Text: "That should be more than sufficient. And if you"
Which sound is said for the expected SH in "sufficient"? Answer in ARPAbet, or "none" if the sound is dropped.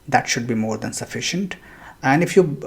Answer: SH